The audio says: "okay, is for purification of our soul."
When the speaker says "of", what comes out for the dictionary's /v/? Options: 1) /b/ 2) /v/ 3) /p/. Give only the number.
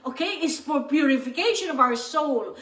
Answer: 2